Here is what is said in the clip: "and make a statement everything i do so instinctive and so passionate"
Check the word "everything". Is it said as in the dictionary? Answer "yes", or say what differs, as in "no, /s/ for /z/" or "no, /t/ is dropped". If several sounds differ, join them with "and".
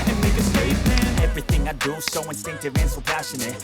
yes